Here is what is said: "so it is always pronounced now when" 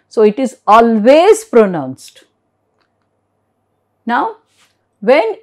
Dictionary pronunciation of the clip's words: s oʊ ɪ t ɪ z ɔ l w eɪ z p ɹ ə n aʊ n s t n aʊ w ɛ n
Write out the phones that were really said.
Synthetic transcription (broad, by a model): s oʊ ɪ t ɪ z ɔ l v eɪ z p ɹ ə n aʊ n s t n aʊ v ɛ n